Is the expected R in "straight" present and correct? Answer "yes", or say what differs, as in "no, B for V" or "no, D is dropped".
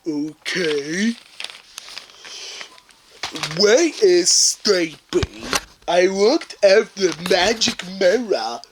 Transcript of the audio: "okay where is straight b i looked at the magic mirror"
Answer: no, R is dropped